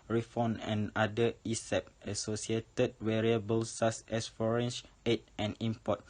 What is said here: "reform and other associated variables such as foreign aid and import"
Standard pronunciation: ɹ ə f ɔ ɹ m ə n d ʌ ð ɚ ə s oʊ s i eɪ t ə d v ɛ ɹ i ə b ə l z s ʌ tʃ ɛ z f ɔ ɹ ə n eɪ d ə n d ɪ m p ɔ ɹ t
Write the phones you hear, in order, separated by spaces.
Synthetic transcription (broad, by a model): ɹ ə f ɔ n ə n d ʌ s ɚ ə s oʊ s i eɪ t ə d w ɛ ɹ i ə b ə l s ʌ s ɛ s f ɔ ɹ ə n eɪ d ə n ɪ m p ɔ t